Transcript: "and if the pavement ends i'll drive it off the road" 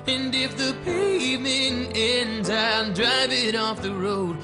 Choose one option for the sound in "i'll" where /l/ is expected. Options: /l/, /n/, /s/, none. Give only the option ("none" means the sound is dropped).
/n/